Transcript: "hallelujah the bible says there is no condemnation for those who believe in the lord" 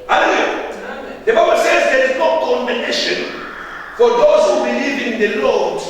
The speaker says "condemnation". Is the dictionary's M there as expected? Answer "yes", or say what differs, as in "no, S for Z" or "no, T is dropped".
no, M is dropped